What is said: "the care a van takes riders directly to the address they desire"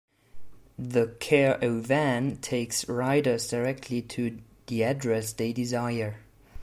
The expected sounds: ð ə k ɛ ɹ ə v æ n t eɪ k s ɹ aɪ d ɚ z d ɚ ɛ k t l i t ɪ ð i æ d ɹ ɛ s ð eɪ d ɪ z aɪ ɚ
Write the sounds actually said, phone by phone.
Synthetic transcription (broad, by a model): ð ə k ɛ ɹ ə v æ n t eɪ k s ɹ aɪ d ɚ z d ɚ ɛ k t l i t ɪ ð i æ d ɹ ɛ s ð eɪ d ɪ z aɪ ɚ